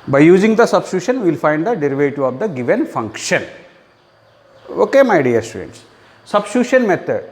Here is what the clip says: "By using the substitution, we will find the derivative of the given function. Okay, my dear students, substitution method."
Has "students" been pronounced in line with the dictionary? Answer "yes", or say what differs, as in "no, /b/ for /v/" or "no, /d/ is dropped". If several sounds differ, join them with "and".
yes